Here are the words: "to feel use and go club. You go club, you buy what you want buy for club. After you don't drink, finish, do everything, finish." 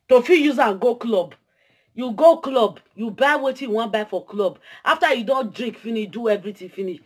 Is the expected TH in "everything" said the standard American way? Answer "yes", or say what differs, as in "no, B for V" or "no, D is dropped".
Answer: no, T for TH